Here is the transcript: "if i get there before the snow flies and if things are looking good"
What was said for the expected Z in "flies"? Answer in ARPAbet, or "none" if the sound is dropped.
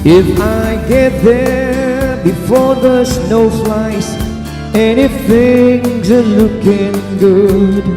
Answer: S